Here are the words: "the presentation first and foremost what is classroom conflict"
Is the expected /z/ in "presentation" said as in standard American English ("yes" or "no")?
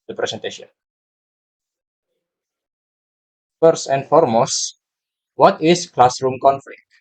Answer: no